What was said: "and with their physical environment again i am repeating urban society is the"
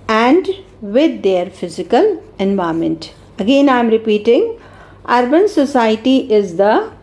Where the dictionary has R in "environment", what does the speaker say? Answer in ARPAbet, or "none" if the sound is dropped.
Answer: none